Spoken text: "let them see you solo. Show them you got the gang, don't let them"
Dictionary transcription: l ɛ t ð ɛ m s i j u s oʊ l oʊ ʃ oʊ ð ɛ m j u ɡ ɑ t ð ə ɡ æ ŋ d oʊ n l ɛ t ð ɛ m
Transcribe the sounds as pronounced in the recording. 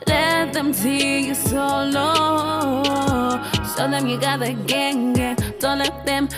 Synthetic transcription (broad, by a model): l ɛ t ð ɛ m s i j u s oʊ l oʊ s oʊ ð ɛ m j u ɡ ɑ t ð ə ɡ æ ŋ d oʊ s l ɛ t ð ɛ m